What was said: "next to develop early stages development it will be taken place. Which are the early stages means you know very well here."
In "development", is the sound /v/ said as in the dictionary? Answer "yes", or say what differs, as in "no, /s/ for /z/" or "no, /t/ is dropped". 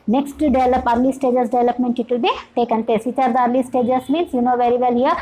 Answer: yes